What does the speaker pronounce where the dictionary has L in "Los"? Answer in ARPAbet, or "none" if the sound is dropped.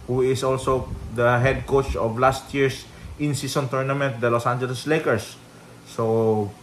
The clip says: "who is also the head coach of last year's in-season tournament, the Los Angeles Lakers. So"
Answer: L